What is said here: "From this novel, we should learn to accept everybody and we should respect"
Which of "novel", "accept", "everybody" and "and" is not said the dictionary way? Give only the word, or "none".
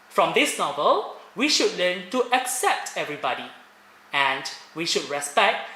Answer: none